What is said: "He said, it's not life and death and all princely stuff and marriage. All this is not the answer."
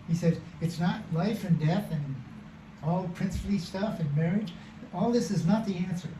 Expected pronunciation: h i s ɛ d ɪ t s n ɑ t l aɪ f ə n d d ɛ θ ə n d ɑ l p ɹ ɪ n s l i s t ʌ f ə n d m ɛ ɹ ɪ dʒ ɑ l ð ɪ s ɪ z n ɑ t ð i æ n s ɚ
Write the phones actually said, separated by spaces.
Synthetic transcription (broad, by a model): h i s ɛ d ɪ t s n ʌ t l aɪ f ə n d d ɛ θ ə n ɑ l p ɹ ɪ n s l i s t ʌ f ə n m ɛ ɹ ɪ dʒ ɑ l ð ɪ s ɪ z n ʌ t ð i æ n s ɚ